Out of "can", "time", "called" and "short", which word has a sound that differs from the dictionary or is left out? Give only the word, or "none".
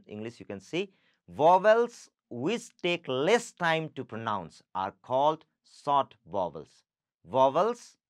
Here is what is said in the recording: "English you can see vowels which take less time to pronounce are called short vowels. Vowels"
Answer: short